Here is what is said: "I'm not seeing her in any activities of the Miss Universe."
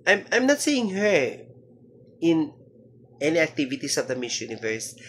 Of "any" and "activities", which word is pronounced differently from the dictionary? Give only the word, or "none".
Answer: activities